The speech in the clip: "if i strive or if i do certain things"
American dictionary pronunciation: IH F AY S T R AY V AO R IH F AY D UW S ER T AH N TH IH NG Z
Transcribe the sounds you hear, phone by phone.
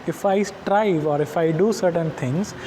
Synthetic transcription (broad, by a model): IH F AY S T R AY V AO R IH F AY D UW S ER T AH N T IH NG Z